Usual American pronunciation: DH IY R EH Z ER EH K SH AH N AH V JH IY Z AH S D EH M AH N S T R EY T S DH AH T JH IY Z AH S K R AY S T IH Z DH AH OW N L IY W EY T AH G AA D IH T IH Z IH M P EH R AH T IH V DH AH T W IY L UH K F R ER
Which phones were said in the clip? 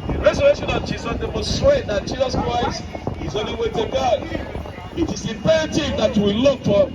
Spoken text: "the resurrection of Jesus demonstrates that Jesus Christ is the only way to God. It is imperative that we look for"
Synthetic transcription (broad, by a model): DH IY R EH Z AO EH SH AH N AH V JH IY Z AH S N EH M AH S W EY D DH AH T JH IY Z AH S K R AY S T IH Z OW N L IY W EY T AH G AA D IH T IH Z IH P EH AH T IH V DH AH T W IY L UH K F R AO